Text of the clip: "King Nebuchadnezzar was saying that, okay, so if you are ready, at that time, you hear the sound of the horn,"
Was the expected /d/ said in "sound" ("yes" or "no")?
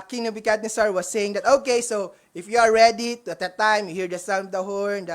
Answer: no